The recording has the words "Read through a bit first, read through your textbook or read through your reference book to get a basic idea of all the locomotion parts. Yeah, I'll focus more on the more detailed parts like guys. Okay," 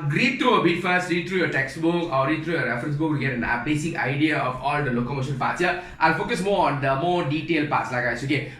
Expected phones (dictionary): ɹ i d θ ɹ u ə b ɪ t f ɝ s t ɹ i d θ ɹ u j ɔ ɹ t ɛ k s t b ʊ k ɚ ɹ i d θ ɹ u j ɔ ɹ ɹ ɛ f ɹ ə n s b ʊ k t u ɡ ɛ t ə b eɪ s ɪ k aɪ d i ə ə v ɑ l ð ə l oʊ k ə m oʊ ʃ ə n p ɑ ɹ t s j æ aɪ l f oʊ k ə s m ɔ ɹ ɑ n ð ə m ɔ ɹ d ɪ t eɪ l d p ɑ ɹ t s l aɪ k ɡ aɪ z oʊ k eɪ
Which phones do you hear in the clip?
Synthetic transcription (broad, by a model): ɹ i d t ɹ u ə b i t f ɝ s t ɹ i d t ɹ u j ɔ t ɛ k s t b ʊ k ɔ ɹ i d t ɹ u j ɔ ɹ ɹ ɛ f ɹ ə n s b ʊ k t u ɡ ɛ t ə b eɪ s ɪ k aɪ d i ə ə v ɑ l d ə l oʊ k ə m oʊ ʃ ə n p ɑ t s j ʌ aɪ l f oʊ k ə s m ɔ ɑ n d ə m ɔ d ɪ t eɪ l p ɑ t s l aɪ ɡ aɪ s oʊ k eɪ